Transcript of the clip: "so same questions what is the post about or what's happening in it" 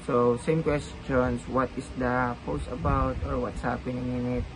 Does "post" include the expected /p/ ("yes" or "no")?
yes